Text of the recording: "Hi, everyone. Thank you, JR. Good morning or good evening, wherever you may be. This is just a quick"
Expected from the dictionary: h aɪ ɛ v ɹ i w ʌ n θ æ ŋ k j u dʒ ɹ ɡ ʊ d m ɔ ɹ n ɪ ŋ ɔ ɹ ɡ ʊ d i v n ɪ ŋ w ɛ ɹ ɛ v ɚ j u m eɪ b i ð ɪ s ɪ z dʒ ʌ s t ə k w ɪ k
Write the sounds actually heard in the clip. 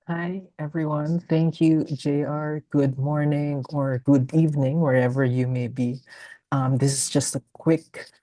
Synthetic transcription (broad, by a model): h aɪ ɛ v ɹ i w ʌ n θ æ ŋ k j u dʒ ɹ ɡ ʊ d m ɔ ɹ n ɪ ŋ ɔ ɹ ɡ ʊ d i v n ɪ ŋ w ɛ ɹ ɛ v ɚ j u m eɪ b i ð ɪ s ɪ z dʒ ʌ s t ə k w ɪ k